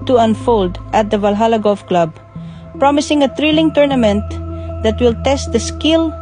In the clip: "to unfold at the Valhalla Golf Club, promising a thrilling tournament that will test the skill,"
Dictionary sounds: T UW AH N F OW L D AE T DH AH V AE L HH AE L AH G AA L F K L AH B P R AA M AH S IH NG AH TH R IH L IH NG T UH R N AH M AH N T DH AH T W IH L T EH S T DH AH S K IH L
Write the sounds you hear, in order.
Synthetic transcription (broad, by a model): T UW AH N F OW L D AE T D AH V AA L HH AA L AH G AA F K L AH B P R AA M AH S IH NG AH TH R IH L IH NG T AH R N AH M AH N T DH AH T W IH L T EH S T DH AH S K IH L